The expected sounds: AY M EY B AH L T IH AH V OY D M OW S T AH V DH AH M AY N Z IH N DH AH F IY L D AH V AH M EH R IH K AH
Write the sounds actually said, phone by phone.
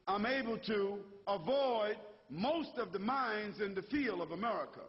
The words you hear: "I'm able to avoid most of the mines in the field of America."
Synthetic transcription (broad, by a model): AY M EY B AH L T IH AH V OY D M OW S T AH V DH AH M AY N Z IH N DH AH F IY L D AH V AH M EH R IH K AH